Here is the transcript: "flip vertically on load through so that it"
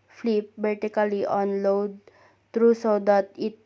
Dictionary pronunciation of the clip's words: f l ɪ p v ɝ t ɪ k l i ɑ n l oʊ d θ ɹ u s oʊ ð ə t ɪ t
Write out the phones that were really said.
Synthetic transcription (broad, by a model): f l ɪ p b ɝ t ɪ k l i ɑ n l oʊ d t ɹ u s oʊ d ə t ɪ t